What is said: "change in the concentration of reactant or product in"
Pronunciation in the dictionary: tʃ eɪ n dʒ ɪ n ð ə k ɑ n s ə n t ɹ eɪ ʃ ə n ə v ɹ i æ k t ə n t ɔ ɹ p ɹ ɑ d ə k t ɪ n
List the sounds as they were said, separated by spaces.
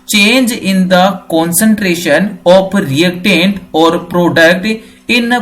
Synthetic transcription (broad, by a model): tʃ eɪ n dʒ ɪ n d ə k ɑ n s ə n t ɹ eɪ ʃ ə n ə p ɹ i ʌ k t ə n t ɔ ɹ p ɹ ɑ d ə k t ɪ n